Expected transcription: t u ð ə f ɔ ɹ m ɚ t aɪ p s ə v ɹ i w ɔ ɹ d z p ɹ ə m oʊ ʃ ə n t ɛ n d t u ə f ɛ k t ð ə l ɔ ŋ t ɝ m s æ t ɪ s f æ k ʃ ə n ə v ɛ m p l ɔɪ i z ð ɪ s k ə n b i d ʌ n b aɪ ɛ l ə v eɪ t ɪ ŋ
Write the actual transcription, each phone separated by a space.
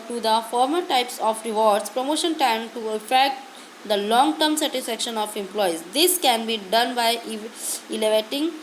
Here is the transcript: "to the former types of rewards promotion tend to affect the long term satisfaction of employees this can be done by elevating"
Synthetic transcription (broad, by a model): t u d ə f ɔ ɹ m ɚ t aɪ p s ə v ɹ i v ɔ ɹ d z p ɹ ə m oʊ ʃ ə n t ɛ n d t u ə f ɛ k t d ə l ɔ ŋ t ɝ m s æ t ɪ s f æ k ʃ ə n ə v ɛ m p l ɔɪ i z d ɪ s k ə n b i d ʌ n b aɪ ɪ l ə v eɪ t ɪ ŋ